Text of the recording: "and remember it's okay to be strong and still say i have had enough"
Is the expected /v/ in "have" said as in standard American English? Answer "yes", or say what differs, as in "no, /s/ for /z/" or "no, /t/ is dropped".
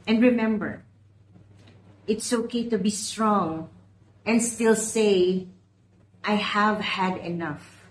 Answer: yes